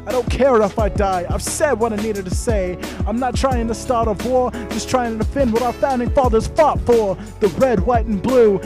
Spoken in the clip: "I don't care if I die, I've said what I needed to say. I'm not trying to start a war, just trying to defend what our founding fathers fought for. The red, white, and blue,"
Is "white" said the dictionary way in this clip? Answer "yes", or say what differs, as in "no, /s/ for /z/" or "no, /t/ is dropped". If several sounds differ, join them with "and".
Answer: yes